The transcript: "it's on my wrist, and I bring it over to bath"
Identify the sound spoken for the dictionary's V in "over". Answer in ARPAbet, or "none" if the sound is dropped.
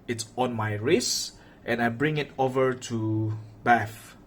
V